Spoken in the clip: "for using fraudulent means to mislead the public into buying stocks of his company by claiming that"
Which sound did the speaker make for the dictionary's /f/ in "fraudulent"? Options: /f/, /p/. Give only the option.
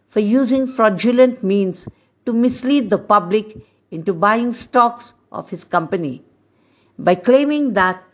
/f/